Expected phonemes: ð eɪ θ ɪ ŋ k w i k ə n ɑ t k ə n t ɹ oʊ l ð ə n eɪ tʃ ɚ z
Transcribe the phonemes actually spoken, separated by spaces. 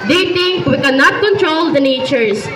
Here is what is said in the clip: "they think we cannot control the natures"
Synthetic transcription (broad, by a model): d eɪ t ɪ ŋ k w i k ə n ɑ t k ə n t ɹ oʊ l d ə n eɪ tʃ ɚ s